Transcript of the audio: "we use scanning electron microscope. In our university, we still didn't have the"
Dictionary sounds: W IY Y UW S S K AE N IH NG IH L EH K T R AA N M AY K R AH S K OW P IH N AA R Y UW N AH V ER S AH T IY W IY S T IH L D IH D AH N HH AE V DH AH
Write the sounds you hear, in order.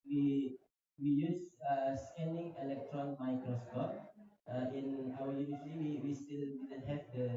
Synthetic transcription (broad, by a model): W IY Y UW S S K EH N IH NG IH L EH K T R AA N M AY K R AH S K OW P IH N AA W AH L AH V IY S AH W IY W IY S T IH L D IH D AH N HH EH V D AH